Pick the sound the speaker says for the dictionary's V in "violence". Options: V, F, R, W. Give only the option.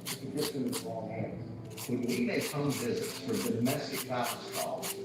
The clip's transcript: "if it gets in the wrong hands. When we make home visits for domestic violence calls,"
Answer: F